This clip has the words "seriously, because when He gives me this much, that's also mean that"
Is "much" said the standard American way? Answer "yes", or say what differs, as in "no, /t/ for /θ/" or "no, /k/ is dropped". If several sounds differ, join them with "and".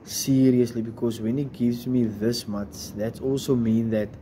no, /s/ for /tʃ/